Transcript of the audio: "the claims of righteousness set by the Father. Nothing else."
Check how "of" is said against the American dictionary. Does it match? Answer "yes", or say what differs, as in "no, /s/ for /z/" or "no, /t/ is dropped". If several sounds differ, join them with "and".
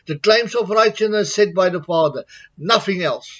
no, /p/ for /v/